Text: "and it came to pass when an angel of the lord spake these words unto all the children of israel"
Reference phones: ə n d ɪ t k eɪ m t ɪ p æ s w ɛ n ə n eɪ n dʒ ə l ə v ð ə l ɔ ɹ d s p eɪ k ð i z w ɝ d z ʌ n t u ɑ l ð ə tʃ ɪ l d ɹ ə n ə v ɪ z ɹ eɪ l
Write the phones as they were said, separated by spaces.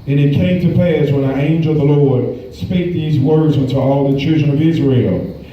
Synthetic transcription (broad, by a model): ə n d ɪ t k eɪ m t ɪ p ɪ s w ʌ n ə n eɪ n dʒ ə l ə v ð ə l ɔ ɹ d s p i k ð i z w ɝ d z ʌ n t u ɑ l ð ə tʃ ɪ l d ɹ ə n ə v ɪ z ɹ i l